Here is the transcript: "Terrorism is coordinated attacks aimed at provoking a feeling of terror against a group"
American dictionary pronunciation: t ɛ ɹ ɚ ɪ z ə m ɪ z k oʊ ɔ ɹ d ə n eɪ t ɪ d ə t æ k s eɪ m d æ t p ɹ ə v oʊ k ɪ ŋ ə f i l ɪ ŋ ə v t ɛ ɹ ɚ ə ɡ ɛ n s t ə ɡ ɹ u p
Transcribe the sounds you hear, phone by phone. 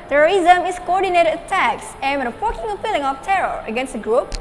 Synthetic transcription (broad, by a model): t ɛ ɹ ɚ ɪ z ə m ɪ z k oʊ ɔ ɹ d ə n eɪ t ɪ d ə t æ k s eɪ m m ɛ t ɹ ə f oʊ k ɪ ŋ ə p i l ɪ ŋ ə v t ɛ ɹ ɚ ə ɡ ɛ n s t ə ɡ ɹ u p